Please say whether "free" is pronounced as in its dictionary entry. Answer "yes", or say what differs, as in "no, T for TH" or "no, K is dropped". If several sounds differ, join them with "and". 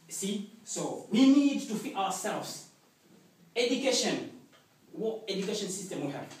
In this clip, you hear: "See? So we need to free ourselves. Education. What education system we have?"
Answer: no, R is dropped